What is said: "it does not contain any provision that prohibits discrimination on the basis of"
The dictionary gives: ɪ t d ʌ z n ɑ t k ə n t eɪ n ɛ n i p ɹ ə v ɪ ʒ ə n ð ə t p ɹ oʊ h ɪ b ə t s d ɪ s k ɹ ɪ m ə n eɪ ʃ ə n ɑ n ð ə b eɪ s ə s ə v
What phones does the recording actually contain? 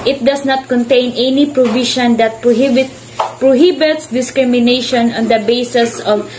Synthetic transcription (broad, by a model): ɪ t d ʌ s n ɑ t k ə n t eɪ n ɛ n i p ɹ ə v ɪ ʃ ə n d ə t p ɹ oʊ h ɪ b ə t s d ɪ s k ɹ ɪ m ə n eɪ ʃ ə n ɑ n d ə b eɪ s ə s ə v